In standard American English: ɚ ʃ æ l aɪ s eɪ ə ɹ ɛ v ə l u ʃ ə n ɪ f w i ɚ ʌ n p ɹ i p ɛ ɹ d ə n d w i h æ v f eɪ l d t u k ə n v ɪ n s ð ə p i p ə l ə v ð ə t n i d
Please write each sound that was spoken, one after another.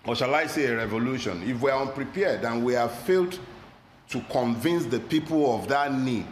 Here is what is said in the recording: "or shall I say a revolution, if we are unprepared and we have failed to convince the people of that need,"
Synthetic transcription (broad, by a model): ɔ ʃ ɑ l aɪ s eɪ ə ɹ ɛ v ə l u ʃ ə n ɪ f w i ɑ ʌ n p ɹ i p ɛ d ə n w i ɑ f eɪ l d t u k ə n v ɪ n s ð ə p i p ə l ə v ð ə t n i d